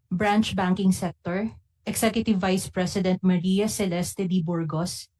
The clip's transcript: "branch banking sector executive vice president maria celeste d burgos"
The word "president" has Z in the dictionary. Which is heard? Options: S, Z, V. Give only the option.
S